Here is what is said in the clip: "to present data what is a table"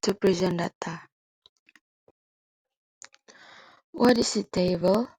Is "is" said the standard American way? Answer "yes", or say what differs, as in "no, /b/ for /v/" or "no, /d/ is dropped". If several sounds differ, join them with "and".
no, /s/ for /z/